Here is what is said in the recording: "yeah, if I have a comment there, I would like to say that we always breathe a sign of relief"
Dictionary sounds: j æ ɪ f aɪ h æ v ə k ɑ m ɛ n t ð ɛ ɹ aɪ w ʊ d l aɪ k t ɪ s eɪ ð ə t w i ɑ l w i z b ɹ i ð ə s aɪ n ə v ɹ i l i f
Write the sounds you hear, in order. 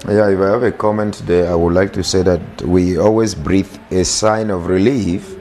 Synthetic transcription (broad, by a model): j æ ɪ f aɪ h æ v ə k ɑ m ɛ n t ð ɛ aɪ w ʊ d l aɪ k t ɪ s eɪ ð ə t w i ɑ l w i z b ɹ i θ ə s aɪ n ə v ɹ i l i f